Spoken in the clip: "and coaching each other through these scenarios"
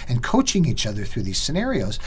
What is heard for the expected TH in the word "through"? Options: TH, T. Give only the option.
TH